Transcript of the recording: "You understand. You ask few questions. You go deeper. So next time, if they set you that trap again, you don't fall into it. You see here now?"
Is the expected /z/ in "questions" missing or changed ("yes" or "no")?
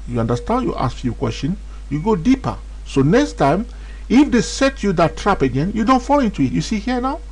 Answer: yes